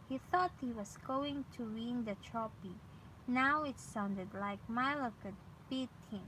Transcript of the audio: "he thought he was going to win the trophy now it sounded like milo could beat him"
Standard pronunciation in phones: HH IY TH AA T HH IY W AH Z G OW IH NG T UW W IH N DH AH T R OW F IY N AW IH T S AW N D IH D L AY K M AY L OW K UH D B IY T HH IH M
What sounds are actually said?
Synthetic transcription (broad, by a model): HH IY TH AA T HH IY W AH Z G OW IH NG T UW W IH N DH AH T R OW P IY N AW IH T S AW N D IH D L AY K M AY L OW K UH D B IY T HH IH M